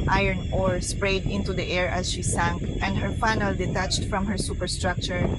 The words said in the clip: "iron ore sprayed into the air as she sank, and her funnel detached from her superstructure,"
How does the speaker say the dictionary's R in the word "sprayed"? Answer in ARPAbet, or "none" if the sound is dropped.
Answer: R